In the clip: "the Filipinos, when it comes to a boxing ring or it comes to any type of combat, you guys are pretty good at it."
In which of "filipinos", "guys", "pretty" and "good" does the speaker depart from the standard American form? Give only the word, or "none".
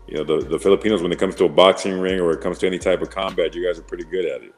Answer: none